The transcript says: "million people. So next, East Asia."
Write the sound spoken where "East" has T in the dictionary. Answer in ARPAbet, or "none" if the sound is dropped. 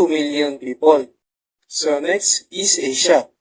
none